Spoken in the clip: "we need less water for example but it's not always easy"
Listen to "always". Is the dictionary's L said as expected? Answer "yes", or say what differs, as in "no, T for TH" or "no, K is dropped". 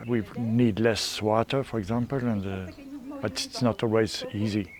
yes